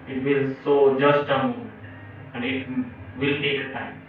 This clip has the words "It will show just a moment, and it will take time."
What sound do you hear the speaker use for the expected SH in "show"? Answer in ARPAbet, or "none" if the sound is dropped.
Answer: S